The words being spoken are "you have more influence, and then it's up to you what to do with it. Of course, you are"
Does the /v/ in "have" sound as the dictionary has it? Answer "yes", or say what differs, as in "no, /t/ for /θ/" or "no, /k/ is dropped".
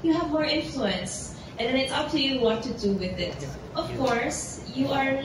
yes